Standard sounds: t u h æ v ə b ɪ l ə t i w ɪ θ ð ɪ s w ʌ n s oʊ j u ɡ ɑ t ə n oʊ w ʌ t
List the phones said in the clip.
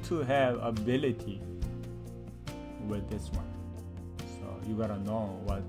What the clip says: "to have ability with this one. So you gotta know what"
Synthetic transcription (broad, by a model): t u h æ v ə b ɪ l ə t i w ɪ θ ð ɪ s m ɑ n s oʊ j u ɡ ɑ t ə n oʊ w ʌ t